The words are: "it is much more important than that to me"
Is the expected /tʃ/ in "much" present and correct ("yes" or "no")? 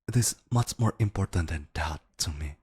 yes